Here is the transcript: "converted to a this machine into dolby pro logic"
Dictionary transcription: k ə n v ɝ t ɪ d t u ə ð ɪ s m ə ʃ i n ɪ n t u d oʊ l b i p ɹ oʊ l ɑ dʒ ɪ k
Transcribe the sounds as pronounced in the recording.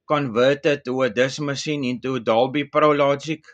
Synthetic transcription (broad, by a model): k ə n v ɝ t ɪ t u ə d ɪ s m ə s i n ɪ n t u d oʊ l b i p ɹ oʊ l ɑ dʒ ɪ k